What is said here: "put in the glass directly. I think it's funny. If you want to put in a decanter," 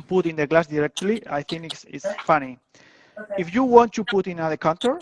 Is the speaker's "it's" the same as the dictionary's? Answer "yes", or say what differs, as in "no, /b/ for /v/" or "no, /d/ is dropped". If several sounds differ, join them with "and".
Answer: no, /s/ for /t/